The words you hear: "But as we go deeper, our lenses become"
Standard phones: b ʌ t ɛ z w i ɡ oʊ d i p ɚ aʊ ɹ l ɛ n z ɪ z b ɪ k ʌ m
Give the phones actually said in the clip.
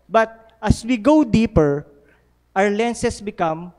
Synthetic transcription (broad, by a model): b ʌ t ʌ s w i ɡ oʊ d i p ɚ aʊ ɹ l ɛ n s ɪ s b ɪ k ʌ m